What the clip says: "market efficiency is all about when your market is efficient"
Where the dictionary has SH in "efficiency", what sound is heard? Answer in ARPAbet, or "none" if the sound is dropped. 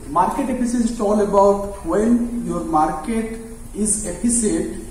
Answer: S